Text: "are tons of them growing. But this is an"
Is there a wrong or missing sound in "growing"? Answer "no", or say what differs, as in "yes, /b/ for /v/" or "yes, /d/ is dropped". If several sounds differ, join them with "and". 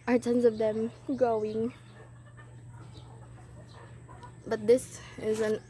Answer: yes, /ɹ/ is dropped